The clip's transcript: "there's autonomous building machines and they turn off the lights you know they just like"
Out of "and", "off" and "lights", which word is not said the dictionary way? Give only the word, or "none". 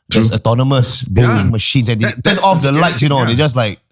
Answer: lights